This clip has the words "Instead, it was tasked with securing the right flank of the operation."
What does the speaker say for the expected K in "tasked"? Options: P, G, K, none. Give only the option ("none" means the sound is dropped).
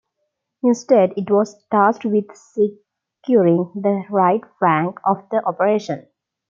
none